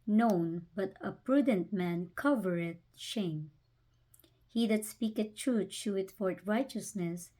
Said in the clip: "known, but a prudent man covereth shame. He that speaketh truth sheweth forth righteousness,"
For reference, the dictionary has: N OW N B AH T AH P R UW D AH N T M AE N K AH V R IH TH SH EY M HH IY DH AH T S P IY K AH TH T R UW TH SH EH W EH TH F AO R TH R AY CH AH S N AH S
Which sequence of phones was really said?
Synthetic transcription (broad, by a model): N OW N B AH T AH P R UW D AH N T M AE N K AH V R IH T SH EY M HH IY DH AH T S P IY K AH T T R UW T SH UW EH T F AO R T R AY CH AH S N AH S